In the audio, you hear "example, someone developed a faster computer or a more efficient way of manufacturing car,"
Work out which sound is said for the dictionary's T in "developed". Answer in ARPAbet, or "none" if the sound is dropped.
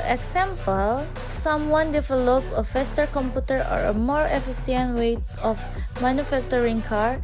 none